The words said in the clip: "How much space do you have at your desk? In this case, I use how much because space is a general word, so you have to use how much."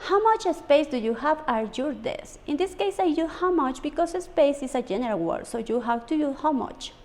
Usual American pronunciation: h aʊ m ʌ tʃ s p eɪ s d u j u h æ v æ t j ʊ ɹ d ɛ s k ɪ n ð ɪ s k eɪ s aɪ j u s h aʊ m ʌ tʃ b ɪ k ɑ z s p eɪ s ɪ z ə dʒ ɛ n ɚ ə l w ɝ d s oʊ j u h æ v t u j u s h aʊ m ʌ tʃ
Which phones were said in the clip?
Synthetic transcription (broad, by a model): h aʊ m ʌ tʃ s p eɪ s d u j u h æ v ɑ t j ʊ ɹ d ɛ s ɪ n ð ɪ s k eɪ s aɪ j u h aʊ m ʌ tʃ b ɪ k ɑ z s p eɪ s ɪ s ə dʒ ɛ n ɚ ə l w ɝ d s oʊ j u h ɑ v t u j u h aʊ m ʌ tʃ